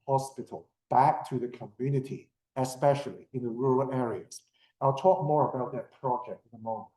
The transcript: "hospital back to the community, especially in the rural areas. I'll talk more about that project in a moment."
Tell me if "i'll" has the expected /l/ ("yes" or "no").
yes